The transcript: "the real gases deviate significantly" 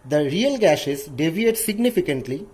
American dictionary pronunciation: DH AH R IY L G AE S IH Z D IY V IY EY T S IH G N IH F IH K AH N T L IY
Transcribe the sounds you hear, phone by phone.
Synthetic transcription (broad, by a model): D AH R IY L G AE SH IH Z D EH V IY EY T S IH G N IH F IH K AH N T L IY